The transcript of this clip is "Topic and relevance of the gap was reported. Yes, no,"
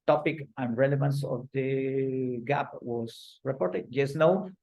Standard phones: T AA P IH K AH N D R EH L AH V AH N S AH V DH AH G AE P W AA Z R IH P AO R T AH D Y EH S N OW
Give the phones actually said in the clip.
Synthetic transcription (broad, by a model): T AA P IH K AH N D R EH L AH V AH N S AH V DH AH G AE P W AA S R IH P AO R T AH D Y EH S N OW